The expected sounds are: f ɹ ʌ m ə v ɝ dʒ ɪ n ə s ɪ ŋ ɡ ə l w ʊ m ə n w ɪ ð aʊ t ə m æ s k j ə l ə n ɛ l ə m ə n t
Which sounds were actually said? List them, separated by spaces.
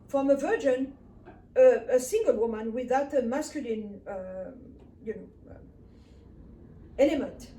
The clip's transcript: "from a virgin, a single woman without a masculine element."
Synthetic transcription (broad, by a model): f ɹ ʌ m ə v ɝ dʒ ɪ n ə s ɪ ŋ ɡ ə l w ʊ m ə n w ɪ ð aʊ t ə m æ s k j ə l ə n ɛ l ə m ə n t